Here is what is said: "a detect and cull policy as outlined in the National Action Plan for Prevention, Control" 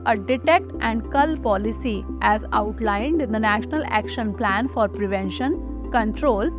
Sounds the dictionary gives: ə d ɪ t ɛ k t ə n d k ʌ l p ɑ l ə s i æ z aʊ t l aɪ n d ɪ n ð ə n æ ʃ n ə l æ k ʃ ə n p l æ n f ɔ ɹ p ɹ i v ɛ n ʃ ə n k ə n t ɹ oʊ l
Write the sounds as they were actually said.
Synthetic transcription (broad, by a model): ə d ɪ t ɛ k t ə n d k ʌ l p ɑ l ə s i æ z aʊ t l aɪ n d ɪ n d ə n æ ʃ n ə l æ k ʃ ə n p l æ n f ɔ ɹ p ɹ i v ɛ n ʃ ə n k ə n t ɹ oʊ l